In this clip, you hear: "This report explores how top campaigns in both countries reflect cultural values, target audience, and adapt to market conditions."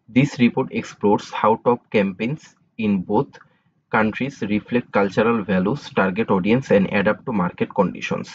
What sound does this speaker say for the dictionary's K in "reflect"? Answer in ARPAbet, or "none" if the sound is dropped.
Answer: K